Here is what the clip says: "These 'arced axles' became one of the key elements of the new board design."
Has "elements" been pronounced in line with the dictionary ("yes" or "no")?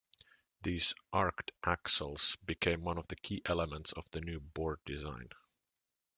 yes